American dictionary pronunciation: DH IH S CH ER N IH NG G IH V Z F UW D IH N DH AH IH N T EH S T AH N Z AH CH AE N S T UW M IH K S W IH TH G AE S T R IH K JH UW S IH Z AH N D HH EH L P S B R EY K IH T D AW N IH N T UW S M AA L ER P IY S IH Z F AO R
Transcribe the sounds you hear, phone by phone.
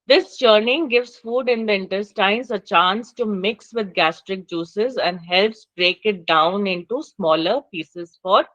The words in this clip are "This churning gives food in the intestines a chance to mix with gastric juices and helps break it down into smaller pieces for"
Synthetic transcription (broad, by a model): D IH S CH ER N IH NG G IH V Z F UW D IH N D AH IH N T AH S T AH N S AH CH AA N S T UW M IH K S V IH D G AE S T R IH K JH UW S IH Z AH N D HH EH L P S B R EY K IH T D AW N IH N T UW S M AA L ER P IY S IH Z F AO R